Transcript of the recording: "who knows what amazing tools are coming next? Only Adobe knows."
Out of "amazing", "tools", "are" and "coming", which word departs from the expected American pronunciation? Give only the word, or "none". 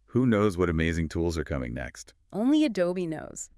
none